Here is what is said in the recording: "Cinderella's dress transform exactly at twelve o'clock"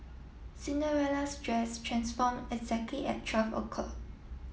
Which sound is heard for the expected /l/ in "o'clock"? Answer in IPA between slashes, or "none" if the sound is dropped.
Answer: none